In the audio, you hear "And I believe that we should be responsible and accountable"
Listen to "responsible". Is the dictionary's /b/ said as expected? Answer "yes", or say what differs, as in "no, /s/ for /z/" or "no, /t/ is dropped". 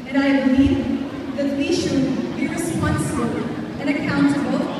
no, /b/ is dropped